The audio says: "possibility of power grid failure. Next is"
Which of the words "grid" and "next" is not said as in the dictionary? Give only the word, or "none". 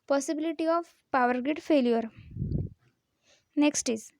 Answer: grid